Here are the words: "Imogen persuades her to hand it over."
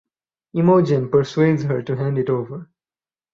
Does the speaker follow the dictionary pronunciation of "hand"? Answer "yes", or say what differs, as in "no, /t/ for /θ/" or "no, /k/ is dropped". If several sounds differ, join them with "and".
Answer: yes